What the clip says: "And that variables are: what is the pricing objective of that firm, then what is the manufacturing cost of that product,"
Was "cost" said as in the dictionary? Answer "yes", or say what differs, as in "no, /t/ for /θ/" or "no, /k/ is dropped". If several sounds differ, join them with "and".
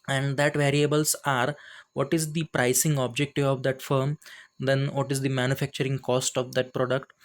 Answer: yes